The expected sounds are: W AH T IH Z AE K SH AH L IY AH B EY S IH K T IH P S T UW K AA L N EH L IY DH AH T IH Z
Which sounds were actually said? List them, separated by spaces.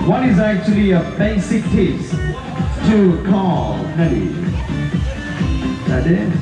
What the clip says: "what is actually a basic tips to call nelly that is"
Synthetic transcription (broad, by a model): W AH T IH Z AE K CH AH L IY AH B EY S IH K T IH S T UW K AA L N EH N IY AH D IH